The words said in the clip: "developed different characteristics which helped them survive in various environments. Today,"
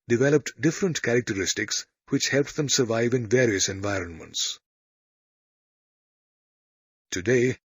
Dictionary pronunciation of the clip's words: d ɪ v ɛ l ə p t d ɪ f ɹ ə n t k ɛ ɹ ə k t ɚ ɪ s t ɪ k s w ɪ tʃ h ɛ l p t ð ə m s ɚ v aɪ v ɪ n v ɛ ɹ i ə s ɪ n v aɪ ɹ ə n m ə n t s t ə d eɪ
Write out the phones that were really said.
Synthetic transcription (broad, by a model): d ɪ v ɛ l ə p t d ɪ f ɹ ə n t k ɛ ɹ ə k t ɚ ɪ s t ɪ k s w ɪ tʃ h ɛ l p t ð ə m s ɚ v aɪ v ɪ n v ɛ ɹ i ə s ɪ n v aɪ ɹ ə n m ə n t s t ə d eɪ